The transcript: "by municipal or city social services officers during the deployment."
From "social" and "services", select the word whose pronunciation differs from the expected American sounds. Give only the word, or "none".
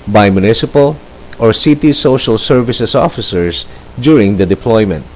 services